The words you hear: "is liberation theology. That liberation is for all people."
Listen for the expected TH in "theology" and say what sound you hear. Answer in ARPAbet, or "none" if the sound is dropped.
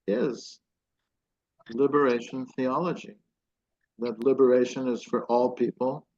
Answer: TH